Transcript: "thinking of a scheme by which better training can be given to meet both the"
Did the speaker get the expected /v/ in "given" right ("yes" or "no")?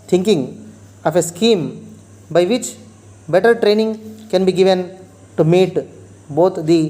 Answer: yes